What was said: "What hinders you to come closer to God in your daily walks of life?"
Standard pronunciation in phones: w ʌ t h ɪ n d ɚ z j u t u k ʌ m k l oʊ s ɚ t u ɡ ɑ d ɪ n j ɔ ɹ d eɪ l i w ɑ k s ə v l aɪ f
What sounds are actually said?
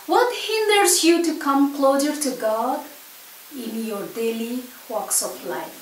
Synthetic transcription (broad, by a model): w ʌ t h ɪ n d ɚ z j u t u k ʌ m k l oʊ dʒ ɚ t u ɡ ɑ d ɪ n j ɔ ɹ d eɪ l i w ɑ k s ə f l aɪ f